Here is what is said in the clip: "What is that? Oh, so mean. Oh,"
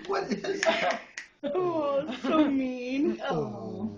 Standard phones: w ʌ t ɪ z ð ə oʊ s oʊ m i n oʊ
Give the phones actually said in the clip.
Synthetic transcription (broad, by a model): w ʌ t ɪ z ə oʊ s oʊ m i n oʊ